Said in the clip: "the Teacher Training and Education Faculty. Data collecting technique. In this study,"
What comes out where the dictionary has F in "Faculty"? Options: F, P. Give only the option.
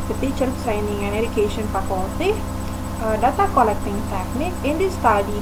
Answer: P